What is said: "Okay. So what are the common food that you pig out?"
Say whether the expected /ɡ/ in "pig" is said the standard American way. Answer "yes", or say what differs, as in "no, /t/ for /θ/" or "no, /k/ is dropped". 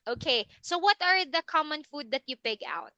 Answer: yes